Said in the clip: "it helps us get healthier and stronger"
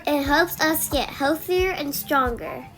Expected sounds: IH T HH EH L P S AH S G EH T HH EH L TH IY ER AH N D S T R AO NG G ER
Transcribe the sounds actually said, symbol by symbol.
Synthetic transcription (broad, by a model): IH T HH EH L P S AH S G EH T HH EH L TH IY ER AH N S T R AO NG G ER